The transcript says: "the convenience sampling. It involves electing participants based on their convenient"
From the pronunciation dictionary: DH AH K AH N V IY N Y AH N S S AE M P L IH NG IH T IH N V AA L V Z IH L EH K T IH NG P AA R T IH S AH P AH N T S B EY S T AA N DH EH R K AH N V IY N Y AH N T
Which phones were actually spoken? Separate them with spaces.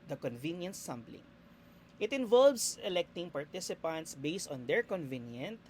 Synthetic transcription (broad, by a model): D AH K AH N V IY N Y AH N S S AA M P L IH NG IH T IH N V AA L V S IH L EH K T IH NG P AA R T IH S AH P AH N T S B EY S T AA N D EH R K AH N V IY N Y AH N T